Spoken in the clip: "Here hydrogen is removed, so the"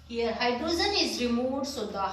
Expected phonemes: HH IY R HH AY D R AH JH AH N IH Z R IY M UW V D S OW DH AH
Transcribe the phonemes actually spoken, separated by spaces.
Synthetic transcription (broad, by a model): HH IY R HH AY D R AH Z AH N IH Z R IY M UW D S OW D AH